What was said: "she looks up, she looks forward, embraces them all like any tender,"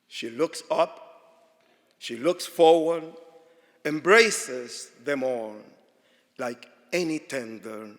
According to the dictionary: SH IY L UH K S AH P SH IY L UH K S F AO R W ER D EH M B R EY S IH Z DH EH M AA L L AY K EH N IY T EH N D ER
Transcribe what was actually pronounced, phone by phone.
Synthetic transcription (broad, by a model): SH IY L UH K S AH P SH IY L UH K S F AO R W ER D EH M B R EY S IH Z DH EH M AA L L AY K EH N IY T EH N D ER